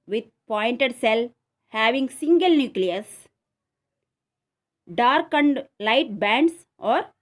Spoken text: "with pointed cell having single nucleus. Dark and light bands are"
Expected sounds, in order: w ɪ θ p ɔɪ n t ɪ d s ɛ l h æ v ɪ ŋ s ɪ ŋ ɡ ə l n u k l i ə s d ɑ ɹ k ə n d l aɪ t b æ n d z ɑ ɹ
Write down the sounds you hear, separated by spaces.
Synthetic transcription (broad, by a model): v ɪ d p ɔɪ n t ɪ d s ɛ l h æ v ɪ ŋ s ɪ ŋ ɡ ə l n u k l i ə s d ɑ ɹ k ə n d l aɪ t b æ n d s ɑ ɹ